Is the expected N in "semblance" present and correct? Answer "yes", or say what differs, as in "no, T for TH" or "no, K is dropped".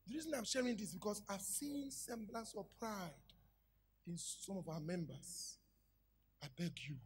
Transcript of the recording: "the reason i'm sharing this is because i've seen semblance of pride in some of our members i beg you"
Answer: no, N is dropped